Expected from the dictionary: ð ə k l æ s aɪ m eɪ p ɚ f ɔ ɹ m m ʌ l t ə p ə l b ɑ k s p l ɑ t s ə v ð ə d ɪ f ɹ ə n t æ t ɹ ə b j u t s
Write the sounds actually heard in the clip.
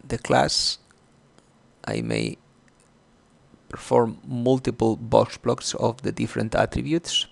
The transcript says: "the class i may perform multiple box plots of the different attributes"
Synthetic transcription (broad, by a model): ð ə k l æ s aɪ m eɪ p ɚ f ɔ ɹ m m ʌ l t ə p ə l b ɑ k s b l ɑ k s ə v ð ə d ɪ f ɹ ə n t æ t ɹ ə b j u t s